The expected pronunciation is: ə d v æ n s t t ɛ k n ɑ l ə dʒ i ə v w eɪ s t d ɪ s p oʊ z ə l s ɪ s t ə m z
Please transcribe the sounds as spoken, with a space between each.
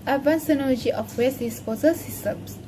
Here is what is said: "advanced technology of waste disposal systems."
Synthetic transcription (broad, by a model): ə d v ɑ n s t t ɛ n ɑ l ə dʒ i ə f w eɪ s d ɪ s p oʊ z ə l s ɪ s t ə m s